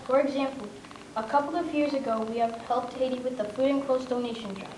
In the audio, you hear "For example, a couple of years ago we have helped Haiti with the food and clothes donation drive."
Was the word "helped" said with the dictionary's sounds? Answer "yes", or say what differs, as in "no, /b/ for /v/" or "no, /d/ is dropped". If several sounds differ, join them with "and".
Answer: no, /p/ is dropped